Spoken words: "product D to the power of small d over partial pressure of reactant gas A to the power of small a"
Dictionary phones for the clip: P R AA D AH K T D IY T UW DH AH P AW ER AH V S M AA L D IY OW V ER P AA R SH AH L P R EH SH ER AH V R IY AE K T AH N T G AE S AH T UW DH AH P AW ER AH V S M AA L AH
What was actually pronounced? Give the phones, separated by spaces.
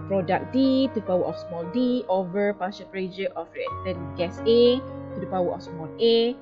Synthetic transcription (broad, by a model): P R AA D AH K D IY T UW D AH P AW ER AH F S M AA L D IY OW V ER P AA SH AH N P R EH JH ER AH F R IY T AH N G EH S AH T UW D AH P AW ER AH F S M AA L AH